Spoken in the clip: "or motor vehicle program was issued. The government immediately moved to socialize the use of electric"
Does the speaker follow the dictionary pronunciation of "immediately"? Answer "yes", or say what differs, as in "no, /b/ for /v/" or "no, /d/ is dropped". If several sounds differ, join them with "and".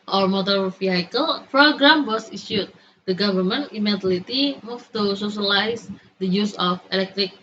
no, /l/ is dropped